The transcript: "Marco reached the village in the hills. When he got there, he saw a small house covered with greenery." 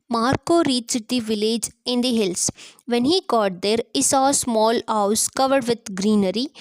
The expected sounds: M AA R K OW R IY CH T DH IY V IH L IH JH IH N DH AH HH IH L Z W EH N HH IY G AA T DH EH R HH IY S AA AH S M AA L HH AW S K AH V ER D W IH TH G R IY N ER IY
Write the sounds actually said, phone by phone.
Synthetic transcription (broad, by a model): M AA R K OW R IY S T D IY V IH L IH JH IH N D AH HH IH L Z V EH N HH IY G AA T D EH R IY S AA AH S M AA L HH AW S K AH V ER D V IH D G R IY N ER IY